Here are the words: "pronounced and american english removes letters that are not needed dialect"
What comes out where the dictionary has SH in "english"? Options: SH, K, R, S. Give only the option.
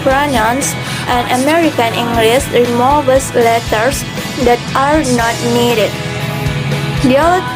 S